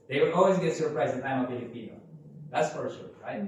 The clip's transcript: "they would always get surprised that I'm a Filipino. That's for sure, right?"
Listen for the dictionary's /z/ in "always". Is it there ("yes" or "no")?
yes